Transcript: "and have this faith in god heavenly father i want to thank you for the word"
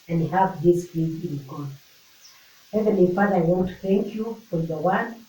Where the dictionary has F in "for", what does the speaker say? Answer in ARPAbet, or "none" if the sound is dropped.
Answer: F